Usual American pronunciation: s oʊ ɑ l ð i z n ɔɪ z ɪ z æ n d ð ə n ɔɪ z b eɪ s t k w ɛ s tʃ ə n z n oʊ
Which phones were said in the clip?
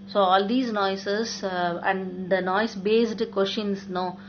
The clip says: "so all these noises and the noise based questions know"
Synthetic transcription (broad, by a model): s oʊ ɑ l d i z n ɔɪ s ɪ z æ n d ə n ɔɪ s b eɪ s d k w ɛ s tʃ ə n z n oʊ